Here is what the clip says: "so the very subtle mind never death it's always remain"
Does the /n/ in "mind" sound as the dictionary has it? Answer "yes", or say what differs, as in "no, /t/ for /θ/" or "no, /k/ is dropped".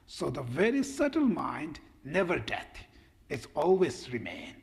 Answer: yes